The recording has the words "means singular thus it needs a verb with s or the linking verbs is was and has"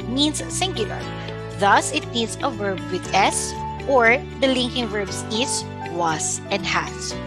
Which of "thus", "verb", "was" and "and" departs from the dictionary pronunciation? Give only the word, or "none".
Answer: was